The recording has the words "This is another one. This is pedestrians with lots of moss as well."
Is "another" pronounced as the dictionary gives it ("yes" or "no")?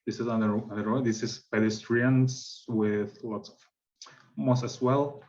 no